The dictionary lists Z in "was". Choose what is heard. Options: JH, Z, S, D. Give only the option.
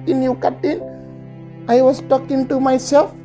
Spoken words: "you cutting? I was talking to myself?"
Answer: S